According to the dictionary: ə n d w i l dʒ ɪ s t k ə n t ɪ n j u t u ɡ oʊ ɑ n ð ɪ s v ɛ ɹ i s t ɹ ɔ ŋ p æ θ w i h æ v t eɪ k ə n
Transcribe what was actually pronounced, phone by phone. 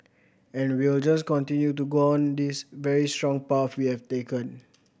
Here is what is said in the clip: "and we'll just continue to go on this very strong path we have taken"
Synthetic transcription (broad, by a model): ə n d w i l dʒ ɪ s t k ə n t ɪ n j u t u ɡ oʊ ɑ n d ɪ s v ɛ ɹ i s t ɹ ɔ ŋ p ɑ f w i h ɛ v t eɪ k ə n